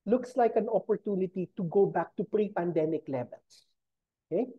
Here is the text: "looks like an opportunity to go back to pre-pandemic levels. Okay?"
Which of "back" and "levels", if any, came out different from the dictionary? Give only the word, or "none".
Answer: levels